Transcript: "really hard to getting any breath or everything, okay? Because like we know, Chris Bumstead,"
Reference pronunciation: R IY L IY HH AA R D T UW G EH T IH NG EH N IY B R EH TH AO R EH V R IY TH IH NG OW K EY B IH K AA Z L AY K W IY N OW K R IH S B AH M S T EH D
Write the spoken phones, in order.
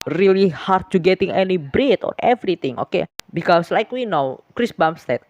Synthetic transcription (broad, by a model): R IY L IY HH AA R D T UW G EH T IH NG EH N IY B R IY T AO R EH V R IY T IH NG OW K EY B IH K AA S L AY K W IY N OW K R IH S B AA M S T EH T